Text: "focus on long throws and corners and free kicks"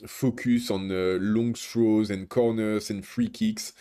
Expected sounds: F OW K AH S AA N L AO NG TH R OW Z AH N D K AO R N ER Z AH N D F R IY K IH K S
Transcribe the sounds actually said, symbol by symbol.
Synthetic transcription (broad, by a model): F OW K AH S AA N L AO NG T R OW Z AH N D K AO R N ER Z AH N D F R IY K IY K S